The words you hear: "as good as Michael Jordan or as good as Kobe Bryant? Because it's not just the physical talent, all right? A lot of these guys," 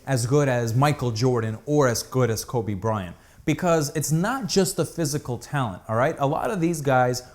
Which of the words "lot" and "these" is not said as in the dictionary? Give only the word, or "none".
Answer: none